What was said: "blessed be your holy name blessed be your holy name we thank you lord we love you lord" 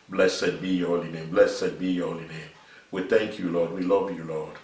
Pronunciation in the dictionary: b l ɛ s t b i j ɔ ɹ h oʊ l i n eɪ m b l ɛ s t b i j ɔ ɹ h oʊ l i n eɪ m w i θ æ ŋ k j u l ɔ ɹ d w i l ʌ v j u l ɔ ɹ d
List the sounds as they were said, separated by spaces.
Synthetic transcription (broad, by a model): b l ɛ s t b i j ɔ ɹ h oʊ l i n eɪ m b l ɛ s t b i j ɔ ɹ h oʊ l i n eɪ m w i θ æ ŋ k j u l ɔ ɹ d w i l ʌ v j u l ɔ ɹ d